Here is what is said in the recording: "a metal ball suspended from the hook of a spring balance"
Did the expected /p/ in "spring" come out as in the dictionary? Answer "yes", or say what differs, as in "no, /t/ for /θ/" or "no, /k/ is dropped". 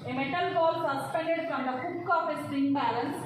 no, /p/ is dropped